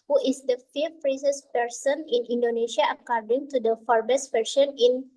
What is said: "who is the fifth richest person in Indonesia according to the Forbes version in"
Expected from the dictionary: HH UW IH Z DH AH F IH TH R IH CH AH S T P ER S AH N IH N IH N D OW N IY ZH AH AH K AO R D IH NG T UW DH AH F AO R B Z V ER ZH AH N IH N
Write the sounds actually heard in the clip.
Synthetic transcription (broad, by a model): HH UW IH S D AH F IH F R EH S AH S P ER S AH N IH N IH N D OW N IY SH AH AH K AO R D IH NG T UW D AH F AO R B S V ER SH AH N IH N